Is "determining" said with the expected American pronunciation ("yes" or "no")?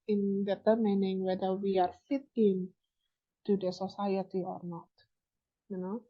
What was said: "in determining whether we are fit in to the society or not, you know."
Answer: yes